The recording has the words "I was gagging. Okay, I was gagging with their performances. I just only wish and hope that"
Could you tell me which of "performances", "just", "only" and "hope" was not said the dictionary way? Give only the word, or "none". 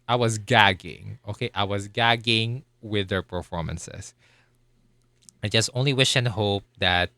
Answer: performances